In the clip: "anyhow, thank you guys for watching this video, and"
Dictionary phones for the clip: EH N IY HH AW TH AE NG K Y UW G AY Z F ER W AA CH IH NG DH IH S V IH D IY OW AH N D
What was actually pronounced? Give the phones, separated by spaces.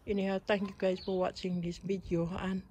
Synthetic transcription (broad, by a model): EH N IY HH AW T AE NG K Y UW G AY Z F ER W AA CH IH NG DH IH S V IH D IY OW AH N